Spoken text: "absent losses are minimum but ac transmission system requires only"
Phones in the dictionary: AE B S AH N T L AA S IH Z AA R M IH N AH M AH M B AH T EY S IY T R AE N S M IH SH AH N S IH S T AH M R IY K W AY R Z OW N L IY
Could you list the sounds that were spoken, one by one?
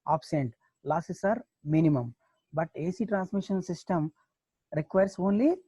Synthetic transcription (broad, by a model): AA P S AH N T L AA S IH S AA R M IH N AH M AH M B AH T EY S IY T R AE N S M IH SH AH N S IH S T AH M R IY K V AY R S OW N L IY